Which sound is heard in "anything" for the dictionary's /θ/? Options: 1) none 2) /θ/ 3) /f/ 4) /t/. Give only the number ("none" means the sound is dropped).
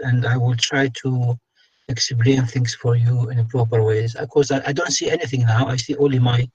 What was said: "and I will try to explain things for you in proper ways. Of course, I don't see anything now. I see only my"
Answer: 2